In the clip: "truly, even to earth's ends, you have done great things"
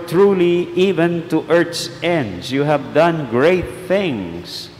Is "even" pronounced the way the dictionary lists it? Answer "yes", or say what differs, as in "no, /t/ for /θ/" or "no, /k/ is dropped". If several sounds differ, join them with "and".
yes